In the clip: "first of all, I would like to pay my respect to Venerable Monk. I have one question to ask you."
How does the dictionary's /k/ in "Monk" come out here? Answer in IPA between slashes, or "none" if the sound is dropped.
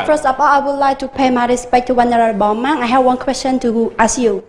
none